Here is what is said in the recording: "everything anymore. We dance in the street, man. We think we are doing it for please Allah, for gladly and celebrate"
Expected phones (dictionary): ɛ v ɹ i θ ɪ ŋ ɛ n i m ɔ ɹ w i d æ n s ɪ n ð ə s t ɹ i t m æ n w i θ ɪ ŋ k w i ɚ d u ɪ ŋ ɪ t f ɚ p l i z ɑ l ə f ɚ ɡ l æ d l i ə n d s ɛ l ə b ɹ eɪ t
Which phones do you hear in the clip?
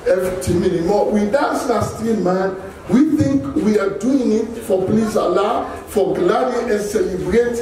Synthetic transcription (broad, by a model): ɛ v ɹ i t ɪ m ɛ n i m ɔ w i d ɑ s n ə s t i m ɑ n w i θ ɪ ŋ k w i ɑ d u ɪ ŋ ɪ t f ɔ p l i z ɑ l ə f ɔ ɡ l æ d i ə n s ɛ l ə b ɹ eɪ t